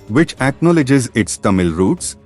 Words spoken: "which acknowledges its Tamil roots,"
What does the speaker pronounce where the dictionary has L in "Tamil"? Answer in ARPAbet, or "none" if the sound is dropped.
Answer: L